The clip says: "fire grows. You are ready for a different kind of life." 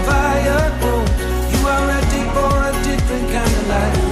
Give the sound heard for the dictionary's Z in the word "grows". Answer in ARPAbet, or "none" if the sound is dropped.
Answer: none